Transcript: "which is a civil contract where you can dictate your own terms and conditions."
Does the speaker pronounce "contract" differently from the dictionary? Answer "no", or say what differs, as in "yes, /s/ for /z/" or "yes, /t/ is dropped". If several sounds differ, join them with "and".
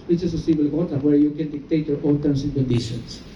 yes, /n/ is dropped and /ɹ/ is dropped